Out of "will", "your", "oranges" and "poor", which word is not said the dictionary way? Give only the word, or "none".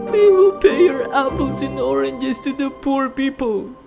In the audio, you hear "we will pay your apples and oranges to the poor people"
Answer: oranges